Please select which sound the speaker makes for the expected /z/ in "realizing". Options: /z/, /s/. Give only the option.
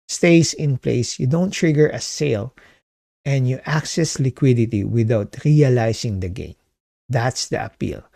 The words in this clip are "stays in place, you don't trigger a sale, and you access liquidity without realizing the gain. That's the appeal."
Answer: /s/